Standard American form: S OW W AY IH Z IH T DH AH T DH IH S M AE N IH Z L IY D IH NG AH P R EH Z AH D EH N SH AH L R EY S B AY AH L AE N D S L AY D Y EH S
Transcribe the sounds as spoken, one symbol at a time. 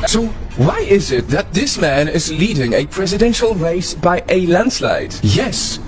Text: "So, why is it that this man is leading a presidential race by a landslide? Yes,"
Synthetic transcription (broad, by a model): S OW W AY IH Z IH T DH AH T DH IH S M AE N IH Z L IY D IH NG AH P R EH Z AH D EH N SH AH L R EY S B AY AH L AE N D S L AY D Y EH S